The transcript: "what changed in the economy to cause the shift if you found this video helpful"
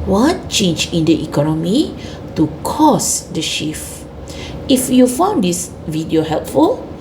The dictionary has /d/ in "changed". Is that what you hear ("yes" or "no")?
no